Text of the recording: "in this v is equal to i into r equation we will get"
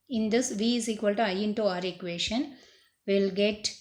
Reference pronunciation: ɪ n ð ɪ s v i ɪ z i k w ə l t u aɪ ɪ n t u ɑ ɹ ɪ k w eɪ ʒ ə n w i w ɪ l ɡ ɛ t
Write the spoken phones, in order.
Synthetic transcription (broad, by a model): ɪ n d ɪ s v i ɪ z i k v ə l t u aɪ ɪ n t u ɑ ɹ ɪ k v eɪ ʃ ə n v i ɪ l ɡ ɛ t